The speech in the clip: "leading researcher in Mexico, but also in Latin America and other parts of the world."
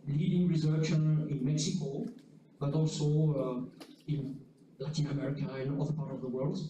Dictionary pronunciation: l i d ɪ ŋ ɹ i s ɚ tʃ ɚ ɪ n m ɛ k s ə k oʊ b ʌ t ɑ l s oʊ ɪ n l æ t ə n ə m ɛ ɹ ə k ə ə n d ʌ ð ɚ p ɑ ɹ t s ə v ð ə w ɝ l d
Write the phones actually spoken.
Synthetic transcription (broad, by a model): l i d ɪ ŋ ɹ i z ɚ ʃ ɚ ɪ n m ɛ k s ə k oʊ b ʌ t ɑ l s oʊ ɪ n l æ t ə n ə m ɛ ɹ ə k ə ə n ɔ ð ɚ p ɑ ɹ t ə v ð ə w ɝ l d